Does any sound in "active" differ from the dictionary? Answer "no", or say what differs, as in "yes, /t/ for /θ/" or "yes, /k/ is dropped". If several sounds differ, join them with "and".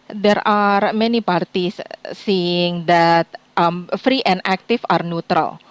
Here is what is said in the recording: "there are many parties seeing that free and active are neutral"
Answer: yes, /f/ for /v/